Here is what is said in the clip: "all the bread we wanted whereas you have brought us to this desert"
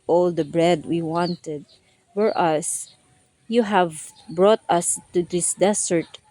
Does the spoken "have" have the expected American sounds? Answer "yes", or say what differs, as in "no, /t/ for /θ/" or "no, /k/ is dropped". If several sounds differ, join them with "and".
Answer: yes